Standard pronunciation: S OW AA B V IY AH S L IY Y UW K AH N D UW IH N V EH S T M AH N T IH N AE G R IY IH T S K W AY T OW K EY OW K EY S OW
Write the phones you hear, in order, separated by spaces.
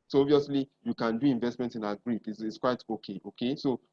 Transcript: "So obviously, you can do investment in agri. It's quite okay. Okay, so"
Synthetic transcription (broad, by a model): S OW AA V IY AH S L IY Y UW K AH N D UW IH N V EH S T M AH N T IH N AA G R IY IH T S K W AY T OW K EY OW K EY S OW